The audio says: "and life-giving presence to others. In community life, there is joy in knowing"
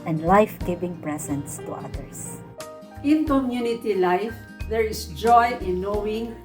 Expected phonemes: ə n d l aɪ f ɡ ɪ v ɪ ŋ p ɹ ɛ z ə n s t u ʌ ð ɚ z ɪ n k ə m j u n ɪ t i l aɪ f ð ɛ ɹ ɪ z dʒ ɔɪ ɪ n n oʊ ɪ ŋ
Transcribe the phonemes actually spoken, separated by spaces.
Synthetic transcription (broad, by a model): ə n d l aɪ f ɡ ɪ v ɪ ŋ p ɹ ɛ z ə n s t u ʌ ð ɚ s ɪ n k ə m j u n ɪ t i l aɪ f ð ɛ ɹ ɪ s dʒ ɔɪ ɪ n n oʊ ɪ ŋ